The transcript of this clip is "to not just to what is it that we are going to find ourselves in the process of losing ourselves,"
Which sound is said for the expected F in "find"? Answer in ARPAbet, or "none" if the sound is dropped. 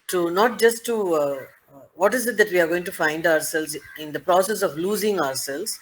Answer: F